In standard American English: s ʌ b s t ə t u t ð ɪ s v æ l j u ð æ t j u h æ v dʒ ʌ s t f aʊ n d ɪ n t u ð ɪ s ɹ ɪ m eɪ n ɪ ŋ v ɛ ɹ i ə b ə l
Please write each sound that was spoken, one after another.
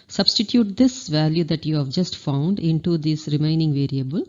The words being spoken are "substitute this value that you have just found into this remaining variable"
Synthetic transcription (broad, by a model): s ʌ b s t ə t u t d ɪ s v æ l j u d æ t j u h æ v dʒ ʌ s t f aʊ n d ɪ n t u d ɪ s ɹ ɪ m eɪ n ɪ ŋ v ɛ ɹ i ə b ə l